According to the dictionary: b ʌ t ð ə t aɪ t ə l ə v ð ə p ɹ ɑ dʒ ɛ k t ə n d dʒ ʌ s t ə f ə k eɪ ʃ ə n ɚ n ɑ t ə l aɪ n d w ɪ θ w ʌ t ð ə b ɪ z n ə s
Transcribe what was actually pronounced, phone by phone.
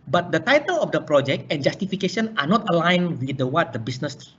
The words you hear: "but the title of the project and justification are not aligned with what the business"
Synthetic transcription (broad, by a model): b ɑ t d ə t aɪ t ə l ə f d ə p ɹ ɑ dʒ ɛ k t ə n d dʒ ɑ s t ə f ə k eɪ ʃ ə n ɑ n ɑ t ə l aɪ n w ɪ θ w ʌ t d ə b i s n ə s